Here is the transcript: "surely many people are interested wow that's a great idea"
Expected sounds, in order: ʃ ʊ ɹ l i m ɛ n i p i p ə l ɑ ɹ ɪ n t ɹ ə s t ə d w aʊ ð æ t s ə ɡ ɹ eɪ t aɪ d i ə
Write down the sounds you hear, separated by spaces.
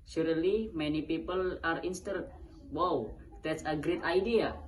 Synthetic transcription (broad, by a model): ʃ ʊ ɹ l i m ɛ n i p i p ə l ɑ ɹ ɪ n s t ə t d w aʊ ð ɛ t s ə ɡ ɹ eɪ t aɪ d i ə